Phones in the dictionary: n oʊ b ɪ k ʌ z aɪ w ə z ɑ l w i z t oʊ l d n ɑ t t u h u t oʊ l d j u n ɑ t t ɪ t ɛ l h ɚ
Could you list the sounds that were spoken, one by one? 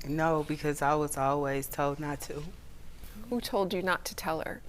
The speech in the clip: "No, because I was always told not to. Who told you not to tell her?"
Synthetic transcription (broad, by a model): n oʊ b ɪ k ʌ z aɪ w ə z ɑ l w i z t oʊ l d n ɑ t t u h u t oʊ l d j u n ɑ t t ɪ t ɛ l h ɚ